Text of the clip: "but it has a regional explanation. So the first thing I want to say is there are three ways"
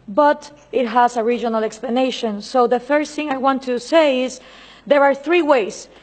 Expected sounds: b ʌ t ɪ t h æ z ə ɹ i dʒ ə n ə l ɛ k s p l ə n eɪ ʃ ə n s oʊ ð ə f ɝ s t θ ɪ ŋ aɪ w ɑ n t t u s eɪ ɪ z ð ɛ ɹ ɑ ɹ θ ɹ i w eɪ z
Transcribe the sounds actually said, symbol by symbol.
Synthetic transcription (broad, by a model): b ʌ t ɪ t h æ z ə ɹ i dʒ ə n ə l ɛ k s p l ə n eɪ ʃ ə n s oʊ ð ə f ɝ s θ ɪ ŋ aɪ w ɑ n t t u s eɪ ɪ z ð ɛ ɹ ɑ ɹ θ ɹ i w eɪ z